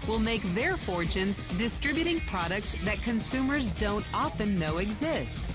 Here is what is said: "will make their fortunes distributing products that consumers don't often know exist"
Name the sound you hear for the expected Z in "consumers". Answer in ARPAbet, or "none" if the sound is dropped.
Z